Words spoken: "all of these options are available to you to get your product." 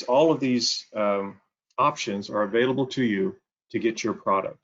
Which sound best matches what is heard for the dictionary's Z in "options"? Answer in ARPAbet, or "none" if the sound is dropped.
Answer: Z